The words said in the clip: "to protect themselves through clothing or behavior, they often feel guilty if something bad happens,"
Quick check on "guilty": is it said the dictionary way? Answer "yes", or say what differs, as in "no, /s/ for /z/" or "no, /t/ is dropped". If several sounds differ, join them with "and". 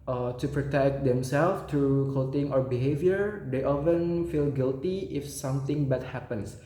yes